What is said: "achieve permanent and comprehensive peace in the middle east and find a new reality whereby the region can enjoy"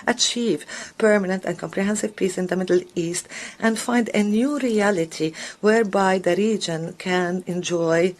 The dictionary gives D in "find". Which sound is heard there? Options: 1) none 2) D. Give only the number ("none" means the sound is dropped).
2